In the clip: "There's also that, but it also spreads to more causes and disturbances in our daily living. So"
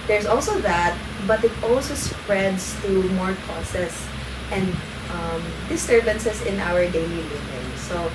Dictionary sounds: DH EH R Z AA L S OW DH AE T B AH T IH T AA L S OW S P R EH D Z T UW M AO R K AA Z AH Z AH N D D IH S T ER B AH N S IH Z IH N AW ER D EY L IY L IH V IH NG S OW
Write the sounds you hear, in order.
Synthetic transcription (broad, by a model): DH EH R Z AA L S OW DH AE T B AH T IH T AA L S OW S P R EH D S T UW M AO R K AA S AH S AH N D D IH S T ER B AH N S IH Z IH N AW ER D EY L IY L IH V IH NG S OW